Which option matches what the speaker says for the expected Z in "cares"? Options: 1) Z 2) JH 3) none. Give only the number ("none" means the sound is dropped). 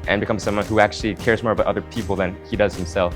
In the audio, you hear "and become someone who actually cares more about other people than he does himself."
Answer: 1